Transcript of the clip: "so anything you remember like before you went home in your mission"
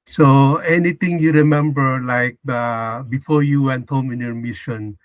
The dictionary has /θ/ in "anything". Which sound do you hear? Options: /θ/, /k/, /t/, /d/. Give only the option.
/t/